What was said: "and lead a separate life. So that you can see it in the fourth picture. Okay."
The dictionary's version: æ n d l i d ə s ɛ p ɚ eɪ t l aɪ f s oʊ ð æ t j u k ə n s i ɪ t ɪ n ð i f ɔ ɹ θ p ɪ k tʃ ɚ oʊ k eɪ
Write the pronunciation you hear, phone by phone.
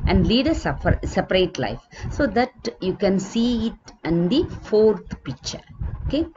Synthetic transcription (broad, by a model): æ n d l i d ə s ɛ p ɚ eɪ t l aɪ f s oʊ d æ t j u k ə n s i ɪ t ɪ n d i f ɔ ɹ t p ɪ k tʃ ɚ oʊ k eɪ